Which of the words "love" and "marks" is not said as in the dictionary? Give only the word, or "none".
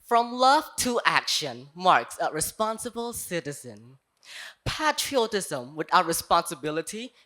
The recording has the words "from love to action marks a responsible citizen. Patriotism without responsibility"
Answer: none